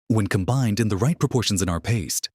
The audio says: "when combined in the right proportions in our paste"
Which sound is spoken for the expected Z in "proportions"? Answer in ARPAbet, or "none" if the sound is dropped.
Z